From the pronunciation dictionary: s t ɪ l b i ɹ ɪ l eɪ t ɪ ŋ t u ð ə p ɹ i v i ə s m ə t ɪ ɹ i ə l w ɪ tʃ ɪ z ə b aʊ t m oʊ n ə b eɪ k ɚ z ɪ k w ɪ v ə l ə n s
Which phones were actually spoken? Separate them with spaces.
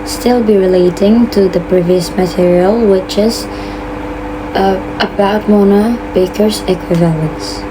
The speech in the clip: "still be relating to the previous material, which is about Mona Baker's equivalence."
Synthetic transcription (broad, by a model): s t ɪ l b i ɹ ɪ l eɪ t ɪ ŋ t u ð ə p ɹ i v i ə s m ə t ɪ ɹ i ə l w ɪ tʃ ɪ z ə b aʊ t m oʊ n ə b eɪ k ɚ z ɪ k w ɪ v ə l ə n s